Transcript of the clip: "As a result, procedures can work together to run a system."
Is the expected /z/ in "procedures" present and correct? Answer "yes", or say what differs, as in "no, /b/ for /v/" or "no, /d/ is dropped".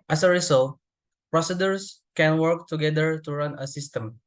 no, /s/ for /z/